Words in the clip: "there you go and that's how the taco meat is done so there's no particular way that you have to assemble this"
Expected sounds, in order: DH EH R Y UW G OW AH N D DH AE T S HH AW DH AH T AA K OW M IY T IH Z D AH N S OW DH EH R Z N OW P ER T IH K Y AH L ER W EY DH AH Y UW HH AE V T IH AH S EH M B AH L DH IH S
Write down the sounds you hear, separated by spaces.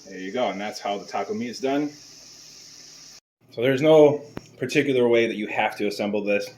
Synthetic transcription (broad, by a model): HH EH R Y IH G OW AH N DH AE T S HH AW DH AH T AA K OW M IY IH Z D AH N S OW DH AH R Z N OW P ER T IH K Y L ER W EY DH AH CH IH HH AE F T IH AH S EH M B L DH IH S